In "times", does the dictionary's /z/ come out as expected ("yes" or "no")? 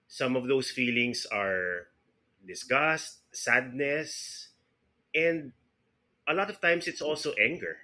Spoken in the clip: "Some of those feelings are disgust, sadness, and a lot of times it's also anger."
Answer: no